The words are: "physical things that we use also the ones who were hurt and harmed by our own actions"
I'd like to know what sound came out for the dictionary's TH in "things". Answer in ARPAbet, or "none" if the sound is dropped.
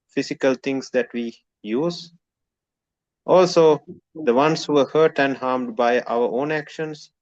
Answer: T